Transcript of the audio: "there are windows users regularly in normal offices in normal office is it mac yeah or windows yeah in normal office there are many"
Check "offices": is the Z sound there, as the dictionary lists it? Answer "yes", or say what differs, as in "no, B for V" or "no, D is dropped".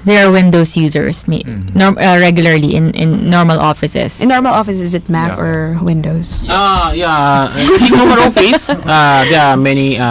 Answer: no, S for Z